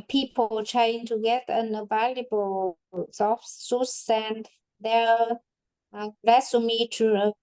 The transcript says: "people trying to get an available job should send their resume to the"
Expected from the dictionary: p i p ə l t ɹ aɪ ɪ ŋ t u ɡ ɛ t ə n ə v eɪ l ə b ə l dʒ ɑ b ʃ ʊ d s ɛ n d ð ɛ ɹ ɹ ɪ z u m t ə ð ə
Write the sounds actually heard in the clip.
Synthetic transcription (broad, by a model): p i p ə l t ɹ aɪ ɪ ŋ t u ɡ ɛ t ə n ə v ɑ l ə b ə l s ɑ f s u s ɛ n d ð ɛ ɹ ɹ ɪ s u m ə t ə